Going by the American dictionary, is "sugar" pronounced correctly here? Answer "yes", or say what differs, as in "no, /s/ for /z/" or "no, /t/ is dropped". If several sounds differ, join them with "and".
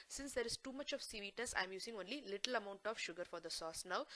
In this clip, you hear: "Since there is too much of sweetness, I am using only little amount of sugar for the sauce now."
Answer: yes